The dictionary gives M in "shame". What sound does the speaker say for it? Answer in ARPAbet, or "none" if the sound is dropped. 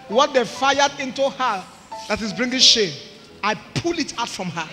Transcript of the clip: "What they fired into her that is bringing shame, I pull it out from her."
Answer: none